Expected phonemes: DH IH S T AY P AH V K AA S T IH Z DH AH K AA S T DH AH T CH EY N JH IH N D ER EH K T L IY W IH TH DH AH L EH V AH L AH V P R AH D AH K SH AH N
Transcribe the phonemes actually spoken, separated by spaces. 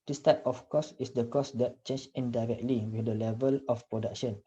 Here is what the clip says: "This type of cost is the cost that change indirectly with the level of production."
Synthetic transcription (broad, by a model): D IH S T AY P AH F K AA S IH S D AH K AA S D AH T CH EY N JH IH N D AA EH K T L IY W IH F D AH L EH V AH L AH F P R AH D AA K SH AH N